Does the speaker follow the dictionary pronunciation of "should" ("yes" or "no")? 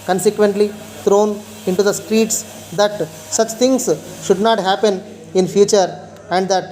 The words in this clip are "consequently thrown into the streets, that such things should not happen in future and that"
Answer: yes